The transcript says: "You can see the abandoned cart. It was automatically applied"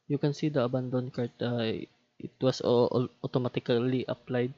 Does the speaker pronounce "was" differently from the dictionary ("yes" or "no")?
yes